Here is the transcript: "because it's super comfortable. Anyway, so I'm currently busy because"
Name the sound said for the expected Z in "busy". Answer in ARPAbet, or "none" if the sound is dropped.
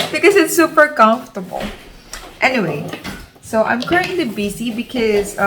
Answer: S